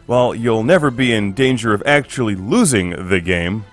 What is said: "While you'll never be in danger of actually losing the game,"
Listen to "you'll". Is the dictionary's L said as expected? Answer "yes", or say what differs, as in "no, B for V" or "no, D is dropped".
yes